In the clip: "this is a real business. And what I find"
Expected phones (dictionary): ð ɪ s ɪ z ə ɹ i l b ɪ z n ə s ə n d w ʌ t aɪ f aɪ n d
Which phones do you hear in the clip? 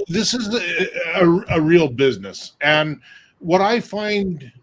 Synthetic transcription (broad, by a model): ð ɪ s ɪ z ə ɹ i l b ɪ z n ə s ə n w ʌ t aɪ f aɪ n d